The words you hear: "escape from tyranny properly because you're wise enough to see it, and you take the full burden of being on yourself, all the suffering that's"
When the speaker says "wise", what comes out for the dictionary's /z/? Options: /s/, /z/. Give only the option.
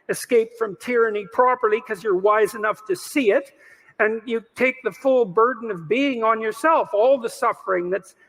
/z/